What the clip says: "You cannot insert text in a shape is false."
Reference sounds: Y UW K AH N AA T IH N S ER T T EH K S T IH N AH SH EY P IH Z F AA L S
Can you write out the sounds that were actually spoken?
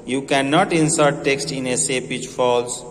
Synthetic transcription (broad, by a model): Y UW K AH N AA T IH N S ER T T EH K S T IH N AH S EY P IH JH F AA L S